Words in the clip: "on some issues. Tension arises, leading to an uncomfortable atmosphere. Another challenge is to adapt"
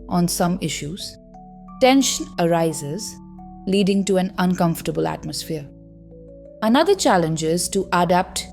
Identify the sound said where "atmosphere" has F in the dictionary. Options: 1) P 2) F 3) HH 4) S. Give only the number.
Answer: 2